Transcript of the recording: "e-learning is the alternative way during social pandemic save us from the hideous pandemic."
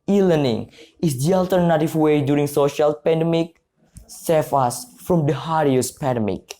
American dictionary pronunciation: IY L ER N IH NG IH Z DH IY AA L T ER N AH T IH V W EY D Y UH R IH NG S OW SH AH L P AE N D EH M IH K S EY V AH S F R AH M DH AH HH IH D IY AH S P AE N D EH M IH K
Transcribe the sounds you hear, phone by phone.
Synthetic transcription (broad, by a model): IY L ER N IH NG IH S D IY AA L T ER N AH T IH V W EY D Y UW R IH NG S OW SH AH L P AE N D EH M IH K S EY F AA S F R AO M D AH HH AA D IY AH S P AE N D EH M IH K